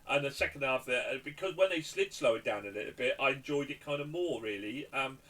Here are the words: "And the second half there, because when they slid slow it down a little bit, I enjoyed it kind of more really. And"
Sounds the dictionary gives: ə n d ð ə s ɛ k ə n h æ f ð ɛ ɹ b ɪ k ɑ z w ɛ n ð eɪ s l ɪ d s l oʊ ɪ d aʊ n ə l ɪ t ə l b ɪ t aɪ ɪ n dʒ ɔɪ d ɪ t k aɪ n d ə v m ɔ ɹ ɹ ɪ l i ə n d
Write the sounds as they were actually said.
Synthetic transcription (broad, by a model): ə n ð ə s ɛ k ə n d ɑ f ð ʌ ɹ b ɪ k ɑ z w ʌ n ð eɪ s l ɪ d s l oʊ ɪ d aʊ n ə l ɪ t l b ɪ t aɪ ɪ n dʒ ɔɪ d ɪ t k aɪ n d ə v m ɔ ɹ ɹ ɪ l i ə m